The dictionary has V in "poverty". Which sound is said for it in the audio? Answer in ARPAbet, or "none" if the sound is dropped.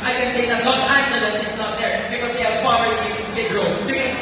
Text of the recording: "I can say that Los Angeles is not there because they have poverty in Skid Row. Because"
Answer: none